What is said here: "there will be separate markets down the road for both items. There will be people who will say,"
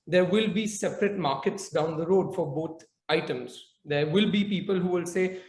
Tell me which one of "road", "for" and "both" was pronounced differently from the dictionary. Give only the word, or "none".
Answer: both